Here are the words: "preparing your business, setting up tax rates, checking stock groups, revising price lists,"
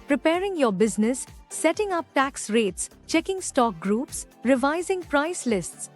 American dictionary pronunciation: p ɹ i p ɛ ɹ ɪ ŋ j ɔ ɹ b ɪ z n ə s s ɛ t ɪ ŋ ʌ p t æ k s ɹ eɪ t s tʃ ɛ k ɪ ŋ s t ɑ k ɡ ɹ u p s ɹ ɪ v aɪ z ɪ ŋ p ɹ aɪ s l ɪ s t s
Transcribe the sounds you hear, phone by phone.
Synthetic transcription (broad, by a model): p ɹ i p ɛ ɹ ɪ ŋ j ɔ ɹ b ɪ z n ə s s ɛ t ɪ ŋ ʌ p t æ k s ɹ eɪ t s tʃ ɛ k ɪ ŋ s t ɑ k ɡ ɹ u p s ɹ ɪ v aɪ z ɪ ŋ p ɹ aɪ s l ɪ s t s